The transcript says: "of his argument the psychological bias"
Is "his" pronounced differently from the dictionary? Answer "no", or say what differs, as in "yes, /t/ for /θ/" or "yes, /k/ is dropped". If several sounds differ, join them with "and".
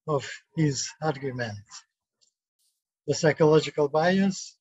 no